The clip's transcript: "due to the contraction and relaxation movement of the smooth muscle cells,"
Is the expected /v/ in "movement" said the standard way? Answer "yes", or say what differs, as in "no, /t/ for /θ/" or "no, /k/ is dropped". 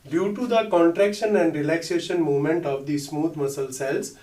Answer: no, /v/ is dropped